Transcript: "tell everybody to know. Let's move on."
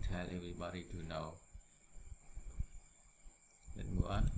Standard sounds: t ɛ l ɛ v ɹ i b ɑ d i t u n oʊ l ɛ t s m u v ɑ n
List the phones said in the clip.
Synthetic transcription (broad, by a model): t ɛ l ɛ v ɹ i b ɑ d i t u n oʊ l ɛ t m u ɑ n